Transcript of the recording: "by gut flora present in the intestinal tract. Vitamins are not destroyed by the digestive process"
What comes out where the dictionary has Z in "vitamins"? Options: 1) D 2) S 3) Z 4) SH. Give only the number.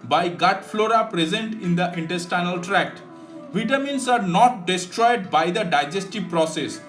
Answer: 2